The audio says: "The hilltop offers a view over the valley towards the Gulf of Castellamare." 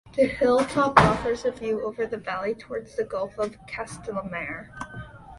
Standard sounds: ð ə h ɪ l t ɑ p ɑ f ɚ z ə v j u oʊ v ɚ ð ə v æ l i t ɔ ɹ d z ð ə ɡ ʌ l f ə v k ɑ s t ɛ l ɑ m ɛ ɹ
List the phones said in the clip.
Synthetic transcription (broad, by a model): ð ə h ɪ l t ɑ p ɑ f ɚ z ə v j u oʊ v ɚ ð ə v æ l i t ɔ ɹ d z ð ə ɡ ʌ l f ə v k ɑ s t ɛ l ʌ m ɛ ɹ